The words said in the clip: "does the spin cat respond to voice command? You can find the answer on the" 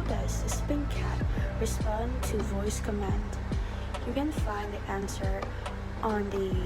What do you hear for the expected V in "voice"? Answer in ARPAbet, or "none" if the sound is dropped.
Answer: V